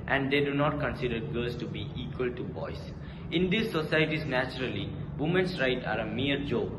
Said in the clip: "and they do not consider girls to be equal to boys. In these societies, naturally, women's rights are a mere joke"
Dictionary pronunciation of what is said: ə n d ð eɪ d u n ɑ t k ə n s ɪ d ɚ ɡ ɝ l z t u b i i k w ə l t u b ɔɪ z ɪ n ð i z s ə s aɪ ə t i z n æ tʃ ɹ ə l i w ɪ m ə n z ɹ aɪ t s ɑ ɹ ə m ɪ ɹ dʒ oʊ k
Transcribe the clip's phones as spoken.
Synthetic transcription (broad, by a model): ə n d eɪ d u n ɑ t k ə n s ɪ d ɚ ɡ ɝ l s t u b i i k w ə l t u b ɔɪ s ɪ n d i s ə s aɪ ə t i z n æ tʃ ɹ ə l i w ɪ m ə n s ɹ aɪ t ɑ ɹ ə m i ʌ dʒ oʊ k